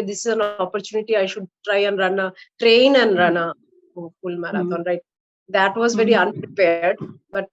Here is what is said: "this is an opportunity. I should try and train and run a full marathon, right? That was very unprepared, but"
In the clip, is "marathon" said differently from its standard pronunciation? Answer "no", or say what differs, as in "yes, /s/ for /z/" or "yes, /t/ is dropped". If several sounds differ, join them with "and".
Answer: yes, /t/ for /θ/